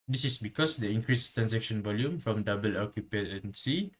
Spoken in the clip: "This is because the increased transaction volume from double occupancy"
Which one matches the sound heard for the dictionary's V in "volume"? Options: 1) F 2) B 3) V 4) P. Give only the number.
3